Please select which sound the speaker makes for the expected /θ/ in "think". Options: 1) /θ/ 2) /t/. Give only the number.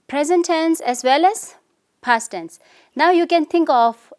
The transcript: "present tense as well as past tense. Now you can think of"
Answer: 2